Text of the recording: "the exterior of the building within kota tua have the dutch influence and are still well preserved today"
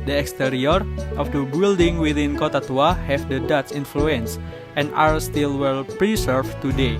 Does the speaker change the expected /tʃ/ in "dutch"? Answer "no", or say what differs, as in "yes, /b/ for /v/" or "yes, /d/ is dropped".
yes, /s/ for /tʃ/